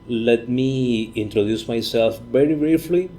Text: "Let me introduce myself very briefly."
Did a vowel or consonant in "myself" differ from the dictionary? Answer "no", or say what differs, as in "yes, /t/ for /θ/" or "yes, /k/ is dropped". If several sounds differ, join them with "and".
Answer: no